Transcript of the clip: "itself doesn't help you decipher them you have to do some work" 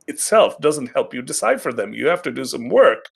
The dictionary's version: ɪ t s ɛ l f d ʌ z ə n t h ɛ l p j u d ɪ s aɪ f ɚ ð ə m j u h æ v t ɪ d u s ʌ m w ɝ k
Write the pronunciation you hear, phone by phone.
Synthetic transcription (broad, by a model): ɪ t s ɛ l f d ʌ z ə n t h ɛ l p j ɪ d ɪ s aɪ f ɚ ð ə m j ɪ h æ f t ɪ d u s ʌ m w ɝ k